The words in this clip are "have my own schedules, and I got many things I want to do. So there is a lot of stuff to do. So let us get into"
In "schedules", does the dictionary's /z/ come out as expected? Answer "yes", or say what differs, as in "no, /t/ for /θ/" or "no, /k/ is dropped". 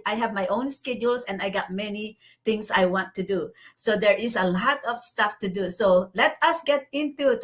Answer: no, /s/ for /z/